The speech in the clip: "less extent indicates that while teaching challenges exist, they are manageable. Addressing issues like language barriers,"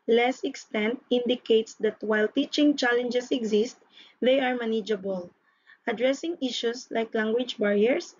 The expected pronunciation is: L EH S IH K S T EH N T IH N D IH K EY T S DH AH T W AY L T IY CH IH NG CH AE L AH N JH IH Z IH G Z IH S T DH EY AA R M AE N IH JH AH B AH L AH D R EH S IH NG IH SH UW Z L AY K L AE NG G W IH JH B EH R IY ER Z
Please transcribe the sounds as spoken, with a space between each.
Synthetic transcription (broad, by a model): L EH S IH K S T EH N T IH N D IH K EY T S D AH T W AY L T IY CH IH NG CH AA L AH N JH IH S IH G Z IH S T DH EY AA R M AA N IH JH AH B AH L AH D R EH S IH NG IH SH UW S L AY K L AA NG G W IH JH B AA R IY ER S